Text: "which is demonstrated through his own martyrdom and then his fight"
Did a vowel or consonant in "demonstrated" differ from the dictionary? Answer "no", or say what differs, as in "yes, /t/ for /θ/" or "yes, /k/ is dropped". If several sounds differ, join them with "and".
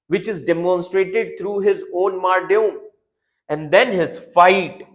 no